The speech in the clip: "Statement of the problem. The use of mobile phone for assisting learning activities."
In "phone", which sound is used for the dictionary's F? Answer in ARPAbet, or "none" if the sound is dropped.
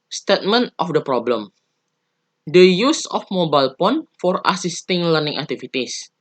P